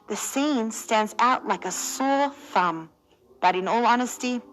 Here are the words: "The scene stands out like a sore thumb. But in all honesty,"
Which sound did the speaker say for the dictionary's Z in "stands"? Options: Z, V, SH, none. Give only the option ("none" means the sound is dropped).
Z